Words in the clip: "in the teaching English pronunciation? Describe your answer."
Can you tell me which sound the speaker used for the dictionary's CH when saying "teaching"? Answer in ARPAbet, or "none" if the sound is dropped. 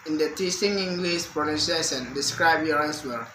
S